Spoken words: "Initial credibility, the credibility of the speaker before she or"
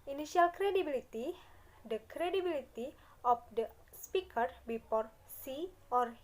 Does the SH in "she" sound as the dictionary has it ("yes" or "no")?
no